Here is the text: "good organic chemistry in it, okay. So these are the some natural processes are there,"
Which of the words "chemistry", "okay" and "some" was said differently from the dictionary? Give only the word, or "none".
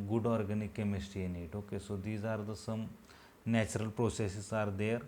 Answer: chemistry